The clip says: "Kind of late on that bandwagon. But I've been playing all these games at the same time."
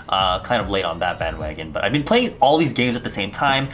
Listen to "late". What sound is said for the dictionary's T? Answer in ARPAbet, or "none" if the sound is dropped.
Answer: T